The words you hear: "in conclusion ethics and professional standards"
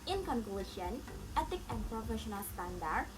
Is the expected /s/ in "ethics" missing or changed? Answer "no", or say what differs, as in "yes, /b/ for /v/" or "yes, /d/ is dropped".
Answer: yes, /s/ is dropped